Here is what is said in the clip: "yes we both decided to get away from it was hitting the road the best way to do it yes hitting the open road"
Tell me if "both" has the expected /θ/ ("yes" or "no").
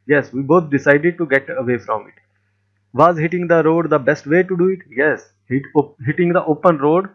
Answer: no